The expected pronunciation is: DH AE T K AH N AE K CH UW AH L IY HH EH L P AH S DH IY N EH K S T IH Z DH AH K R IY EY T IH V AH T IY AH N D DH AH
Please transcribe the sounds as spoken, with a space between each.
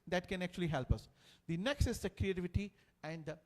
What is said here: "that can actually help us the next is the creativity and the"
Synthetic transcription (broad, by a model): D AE T K AH N AE K CH UW AH L IY HH EH L P AH S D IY N EH K S T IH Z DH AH K R IY EY T IH V AH T IY AH N D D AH